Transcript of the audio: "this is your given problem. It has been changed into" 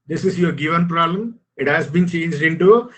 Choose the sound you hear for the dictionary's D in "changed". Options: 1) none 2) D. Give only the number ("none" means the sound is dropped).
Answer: 2